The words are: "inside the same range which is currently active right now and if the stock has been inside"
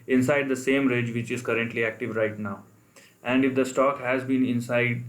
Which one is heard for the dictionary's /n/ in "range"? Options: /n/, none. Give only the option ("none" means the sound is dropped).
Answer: none